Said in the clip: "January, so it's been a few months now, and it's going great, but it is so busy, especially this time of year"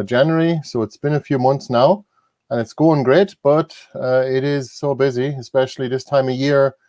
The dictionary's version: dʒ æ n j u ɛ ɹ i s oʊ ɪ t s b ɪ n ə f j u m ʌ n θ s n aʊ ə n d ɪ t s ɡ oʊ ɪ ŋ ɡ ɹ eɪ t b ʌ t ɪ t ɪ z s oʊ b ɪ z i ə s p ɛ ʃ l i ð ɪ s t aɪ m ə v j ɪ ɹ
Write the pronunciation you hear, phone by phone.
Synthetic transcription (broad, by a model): dʒ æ n j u ɹ i s oʊ ɪ t s b ɪ n ə f j u m ʌ n θ s n aʊ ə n ɪ t s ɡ oʊ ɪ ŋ ɡ ɹ eɪ t b ʌ t ɪ t ɪ z s oʊ b ɪ z i ə s p ɛ ʃ l i ð ɪ s t aɪ m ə j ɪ ɹ